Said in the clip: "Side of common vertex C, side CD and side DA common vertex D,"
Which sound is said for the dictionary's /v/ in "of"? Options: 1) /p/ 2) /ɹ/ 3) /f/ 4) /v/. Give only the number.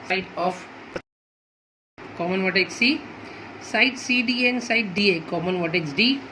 1